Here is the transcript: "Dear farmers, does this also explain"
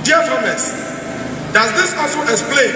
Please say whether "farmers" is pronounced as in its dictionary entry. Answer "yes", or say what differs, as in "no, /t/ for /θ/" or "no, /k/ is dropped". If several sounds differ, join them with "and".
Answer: no, /s/ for /z/